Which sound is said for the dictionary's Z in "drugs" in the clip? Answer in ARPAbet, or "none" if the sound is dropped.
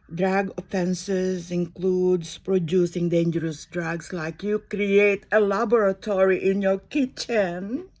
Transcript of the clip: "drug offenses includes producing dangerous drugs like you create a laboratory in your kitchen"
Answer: S